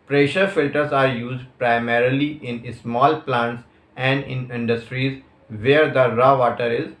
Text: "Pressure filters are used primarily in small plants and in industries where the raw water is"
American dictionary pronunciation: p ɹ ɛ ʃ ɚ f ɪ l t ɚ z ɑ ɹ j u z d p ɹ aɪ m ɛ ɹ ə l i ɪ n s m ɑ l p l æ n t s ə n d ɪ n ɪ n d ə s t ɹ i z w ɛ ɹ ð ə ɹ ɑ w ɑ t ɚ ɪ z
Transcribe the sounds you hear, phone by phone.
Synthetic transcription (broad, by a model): p ɹ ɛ ʃ ɚ f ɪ l t ɚ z ɑ ɹ j u z d p ɹ aɪ m ɛ ɹ ə l i ɪ n s m ɑ l p l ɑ n t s ə n d ɪ n ɪ n d ə s t ɹ i z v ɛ ɹ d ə ɹ ɑ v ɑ t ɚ ɪ z